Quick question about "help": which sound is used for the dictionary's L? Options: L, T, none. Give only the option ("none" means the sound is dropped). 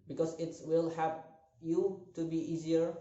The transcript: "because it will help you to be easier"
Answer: none